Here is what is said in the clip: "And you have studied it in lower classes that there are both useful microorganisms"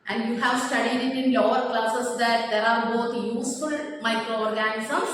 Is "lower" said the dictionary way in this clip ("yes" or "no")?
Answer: yes